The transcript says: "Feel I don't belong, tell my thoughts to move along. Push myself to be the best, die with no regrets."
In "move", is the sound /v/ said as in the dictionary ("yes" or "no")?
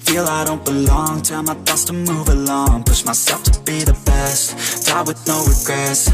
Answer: yes